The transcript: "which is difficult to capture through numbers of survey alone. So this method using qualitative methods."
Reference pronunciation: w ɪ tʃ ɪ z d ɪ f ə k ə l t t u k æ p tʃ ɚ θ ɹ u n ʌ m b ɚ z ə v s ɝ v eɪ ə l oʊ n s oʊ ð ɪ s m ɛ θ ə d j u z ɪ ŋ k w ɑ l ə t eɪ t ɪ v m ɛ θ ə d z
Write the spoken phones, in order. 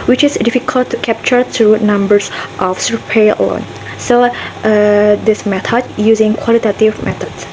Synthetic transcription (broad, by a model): w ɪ tʃ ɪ s d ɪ f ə k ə l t t u k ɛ p tʃ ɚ t ɹ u n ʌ m b ɚ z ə f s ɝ p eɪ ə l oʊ n s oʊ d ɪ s m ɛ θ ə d j u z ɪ ŋ k w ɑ l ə t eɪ t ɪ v m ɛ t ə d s